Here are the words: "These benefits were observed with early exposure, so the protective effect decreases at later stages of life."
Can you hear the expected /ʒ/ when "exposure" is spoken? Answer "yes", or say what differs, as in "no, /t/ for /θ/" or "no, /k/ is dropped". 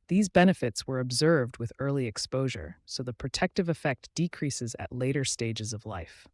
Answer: yes